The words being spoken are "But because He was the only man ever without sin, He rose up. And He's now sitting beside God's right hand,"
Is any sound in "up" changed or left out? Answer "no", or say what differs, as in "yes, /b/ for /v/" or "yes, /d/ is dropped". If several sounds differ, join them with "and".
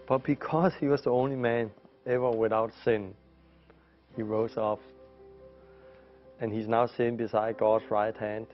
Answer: yes, /f/ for /p/